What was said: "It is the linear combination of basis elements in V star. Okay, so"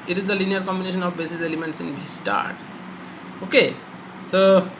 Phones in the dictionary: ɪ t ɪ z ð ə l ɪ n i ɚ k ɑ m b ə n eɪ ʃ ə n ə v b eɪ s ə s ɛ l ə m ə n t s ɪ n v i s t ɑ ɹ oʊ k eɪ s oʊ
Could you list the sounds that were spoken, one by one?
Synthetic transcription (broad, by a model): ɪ t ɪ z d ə l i n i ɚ k ɑ m b ə n eɪ ʃ ə n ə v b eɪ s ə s ɛ l ə m ə n t s ɪ n b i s t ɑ ɹ oʊ k eɪ s oʊ